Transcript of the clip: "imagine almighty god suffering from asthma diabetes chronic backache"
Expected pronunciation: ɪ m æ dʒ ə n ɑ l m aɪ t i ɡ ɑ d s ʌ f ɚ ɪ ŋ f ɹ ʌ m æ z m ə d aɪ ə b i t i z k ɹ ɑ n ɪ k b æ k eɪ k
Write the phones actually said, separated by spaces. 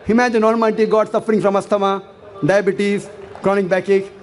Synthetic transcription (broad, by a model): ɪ m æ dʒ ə n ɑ n m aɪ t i ɡ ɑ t s ʌ f ɚ ɪ ŋ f ɹ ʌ m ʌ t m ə d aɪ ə b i t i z k ɹ ɑ n ɪ k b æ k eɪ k